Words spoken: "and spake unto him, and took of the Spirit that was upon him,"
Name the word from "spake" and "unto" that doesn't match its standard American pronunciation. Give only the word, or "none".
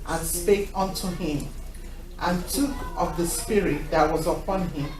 none